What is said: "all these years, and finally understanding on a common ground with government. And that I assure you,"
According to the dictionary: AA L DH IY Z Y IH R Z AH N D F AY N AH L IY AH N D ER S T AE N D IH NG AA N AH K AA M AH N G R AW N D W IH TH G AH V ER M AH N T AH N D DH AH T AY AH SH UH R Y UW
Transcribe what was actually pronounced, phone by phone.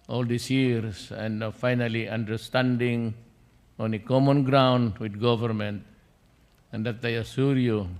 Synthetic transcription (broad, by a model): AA L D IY S Y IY R S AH N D F AY N AH L IY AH N D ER S T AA N D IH NG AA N AH K AA M AH N G R AW N D W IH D G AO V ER M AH N T AH N D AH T AY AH S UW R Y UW